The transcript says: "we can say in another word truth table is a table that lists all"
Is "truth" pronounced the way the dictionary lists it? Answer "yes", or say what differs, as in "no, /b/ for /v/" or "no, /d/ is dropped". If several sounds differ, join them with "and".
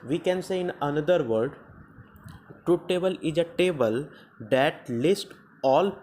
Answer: no, /ɹ/ is dropped